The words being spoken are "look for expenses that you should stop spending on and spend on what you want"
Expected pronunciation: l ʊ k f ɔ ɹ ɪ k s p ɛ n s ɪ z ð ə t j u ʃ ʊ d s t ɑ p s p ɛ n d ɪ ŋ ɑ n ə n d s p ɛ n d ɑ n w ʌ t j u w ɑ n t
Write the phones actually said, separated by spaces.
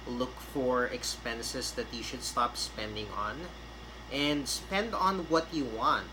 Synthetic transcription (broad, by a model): l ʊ k f ɔ ɹ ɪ k s p ɛ n s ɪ s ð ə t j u ʃ ʊ d s t ɑ p s p ɛ n d ɪ ŋ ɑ n ə n d s p ɛ n d ɑ n w ʌ t j u w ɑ n t